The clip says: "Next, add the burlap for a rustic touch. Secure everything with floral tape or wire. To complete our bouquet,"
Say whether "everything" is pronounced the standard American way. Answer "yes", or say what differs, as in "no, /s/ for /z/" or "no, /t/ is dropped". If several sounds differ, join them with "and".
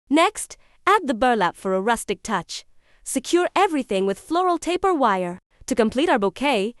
yes